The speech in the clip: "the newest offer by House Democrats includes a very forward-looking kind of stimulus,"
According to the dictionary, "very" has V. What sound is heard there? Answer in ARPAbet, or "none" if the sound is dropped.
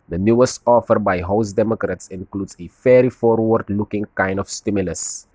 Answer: F